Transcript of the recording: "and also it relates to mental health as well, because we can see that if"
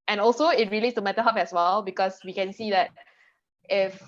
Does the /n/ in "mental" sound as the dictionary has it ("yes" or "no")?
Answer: no